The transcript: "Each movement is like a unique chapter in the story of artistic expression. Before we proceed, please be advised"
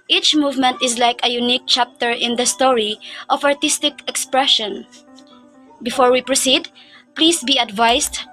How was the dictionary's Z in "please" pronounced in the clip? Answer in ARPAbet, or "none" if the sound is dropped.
S